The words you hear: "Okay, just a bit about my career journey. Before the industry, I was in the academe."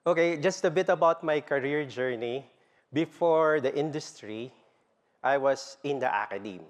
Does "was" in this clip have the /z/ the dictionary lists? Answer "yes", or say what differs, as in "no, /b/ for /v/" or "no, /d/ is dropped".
no, /s/ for /z/